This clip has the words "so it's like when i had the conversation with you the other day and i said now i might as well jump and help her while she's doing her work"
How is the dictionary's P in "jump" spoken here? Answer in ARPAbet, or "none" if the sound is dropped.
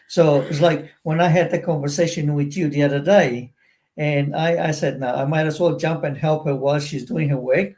P